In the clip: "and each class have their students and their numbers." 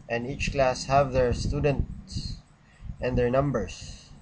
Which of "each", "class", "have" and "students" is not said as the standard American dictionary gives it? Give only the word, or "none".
none